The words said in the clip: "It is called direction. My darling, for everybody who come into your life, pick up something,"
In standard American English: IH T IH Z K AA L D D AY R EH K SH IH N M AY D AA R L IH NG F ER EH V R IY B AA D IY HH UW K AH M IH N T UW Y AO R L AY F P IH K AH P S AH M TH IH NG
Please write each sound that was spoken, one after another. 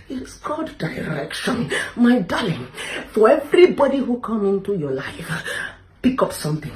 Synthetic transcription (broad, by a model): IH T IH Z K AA D D AY R EH K SH IH N M AY D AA L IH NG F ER EH V R IY B AA D IY HH UW K AH M IH N T UW Y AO L AY F P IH K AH P S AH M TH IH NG